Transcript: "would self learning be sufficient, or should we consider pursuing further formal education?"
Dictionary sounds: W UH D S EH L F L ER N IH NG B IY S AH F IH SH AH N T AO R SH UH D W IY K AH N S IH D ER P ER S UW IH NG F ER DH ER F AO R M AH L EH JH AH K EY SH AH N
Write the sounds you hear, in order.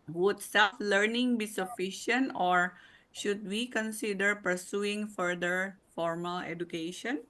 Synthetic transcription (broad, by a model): W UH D S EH F L ER N IH NG B IY S AH F IH SH AH N T AO R SH UH D W IY K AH N S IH D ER P ER S UW IH NG F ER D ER F AO R M AH L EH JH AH K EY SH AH N